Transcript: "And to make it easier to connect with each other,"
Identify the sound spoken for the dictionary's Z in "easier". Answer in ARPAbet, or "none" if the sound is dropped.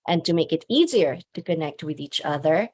Z